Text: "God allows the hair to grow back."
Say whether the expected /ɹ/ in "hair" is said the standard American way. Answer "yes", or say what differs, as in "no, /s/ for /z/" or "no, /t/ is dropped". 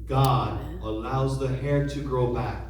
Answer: yes